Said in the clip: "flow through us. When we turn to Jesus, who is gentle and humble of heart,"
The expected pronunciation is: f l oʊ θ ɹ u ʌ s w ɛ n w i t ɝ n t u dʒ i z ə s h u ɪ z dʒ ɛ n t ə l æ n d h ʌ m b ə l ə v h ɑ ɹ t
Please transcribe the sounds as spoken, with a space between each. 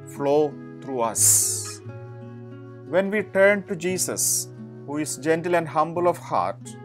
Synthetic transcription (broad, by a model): f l oʊ t ɹ u ʌ s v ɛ n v i t ɝ n t u dʒ i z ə s h u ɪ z dʒ ɛ n t ə l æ n d h ʌ m b ə l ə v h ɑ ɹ t